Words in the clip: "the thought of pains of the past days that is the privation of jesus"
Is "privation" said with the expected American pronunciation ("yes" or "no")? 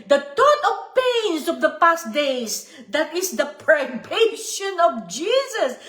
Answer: no